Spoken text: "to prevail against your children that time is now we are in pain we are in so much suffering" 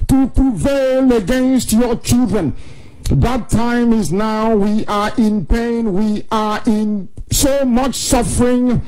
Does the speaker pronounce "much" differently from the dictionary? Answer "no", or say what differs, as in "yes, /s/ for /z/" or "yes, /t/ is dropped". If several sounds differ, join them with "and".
no